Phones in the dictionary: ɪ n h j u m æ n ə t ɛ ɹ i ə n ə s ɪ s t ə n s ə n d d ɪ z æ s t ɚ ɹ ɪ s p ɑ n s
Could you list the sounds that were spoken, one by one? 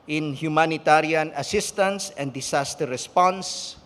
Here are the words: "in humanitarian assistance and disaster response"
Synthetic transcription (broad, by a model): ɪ n h j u m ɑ n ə t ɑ ɹ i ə n ə s ɪ s t ə n s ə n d d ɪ s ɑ s t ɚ ɹ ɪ s p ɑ n s